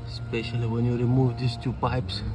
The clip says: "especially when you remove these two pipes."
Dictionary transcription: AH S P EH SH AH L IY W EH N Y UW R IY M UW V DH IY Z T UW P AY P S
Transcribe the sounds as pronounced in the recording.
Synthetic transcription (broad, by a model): S P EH SH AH L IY W EH N Y UW R IY M UW V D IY S T UW P AY P S